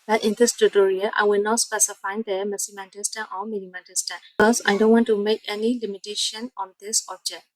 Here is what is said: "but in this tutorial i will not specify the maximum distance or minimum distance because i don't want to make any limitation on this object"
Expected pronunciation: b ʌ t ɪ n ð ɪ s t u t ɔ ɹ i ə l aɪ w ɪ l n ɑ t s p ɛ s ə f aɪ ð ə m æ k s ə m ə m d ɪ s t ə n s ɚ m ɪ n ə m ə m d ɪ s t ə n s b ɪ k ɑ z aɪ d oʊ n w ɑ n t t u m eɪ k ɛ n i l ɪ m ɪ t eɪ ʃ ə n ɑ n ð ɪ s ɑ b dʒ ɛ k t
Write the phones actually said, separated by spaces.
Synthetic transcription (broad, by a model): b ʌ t ɪ n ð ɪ s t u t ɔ ɹ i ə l aɪ w ɪ l n ɑ t s p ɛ s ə f aɪ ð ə m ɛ s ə m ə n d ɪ s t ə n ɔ m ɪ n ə m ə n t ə s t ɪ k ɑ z aɪ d oʊ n w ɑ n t t u m eɪ k ɛ n i l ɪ m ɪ t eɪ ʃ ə n ɑ n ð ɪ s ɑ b dʒ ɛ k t